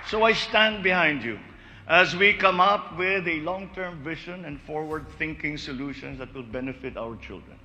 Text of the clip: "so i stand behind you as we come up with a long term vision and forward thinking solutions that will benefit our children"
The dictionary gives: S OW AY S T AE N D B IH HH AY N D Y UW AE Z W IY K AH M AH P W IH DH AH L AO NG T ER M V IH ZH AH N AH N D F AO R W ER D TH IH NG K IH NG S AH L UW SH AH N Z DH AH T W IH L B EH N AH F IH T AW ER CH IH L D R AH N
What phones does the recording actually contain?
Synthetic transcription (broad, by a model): S OW AY S T AE N D B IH HH AY N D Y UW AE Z W IY K AH M AH P W IH DH AH L AO NG T ER M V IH SH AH N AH N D F AO R W ER D TH IH NG K IH NG S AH L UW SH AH N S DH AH T W IH L B EH N AH F IH T AW ER CH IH L D R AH N